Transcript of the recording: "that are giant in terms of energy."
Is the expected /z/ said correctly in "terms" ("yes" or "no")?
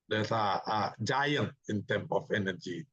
no